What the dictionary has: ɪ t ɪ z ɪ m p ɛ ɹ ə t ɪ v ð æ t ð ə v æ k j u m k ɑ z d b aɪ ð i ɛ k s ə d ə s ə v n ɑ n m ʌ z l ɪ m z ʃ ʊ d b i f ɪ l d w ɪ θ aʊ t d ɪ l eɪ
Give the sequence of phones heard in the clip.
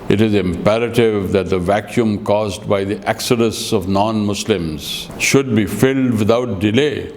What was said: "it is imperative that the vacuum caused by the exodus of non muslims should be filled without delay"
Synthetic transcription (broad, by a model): ɪ t ɪ z ɪ m p ɛ ɹ ə t ɪ v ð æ t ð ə v æ k j u m k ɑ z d b aɪ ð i ɛ k s ə d ə s ə v n ɑ n m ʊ s l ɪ m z ʃ ʊ d b i f ɪ l d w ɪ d aʊ t d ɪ l eɪ